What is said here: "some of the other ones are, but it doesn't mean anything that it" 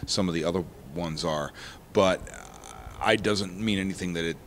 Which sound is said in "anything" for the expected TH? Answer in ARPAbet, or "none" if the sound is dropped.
TH